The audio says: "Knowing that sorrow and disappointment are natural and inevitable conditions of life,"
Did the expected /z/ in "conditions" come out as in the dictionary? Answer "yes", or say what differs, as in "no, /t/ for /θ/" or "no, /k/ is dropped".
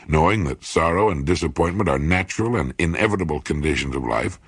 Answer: yes